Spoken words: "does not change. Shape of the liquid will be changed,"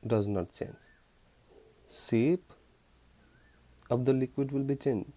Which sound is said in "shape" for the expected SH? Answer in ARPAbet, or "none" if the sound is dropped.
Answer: S